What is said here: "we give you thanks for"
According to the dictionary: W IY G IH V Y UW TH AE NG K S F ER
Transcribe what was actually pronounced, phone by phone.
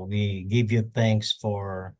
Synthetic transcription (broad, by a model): W IY G IH V Y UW TH AE NG K S F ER